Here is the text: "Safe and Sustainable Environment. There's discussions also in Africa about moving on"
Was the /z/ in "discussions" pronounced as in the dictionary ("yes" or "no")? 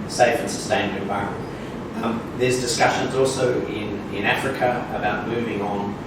yes